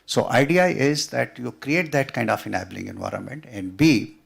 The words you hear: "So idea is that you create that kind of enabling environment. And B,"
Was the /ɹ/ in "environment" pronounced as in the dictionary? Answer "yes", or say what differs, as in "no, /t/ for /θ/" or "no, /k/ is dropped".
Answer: yes